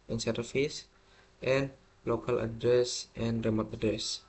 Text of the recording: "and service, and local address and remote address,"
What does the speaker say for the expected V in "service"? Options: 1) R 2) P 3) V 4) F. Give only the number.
4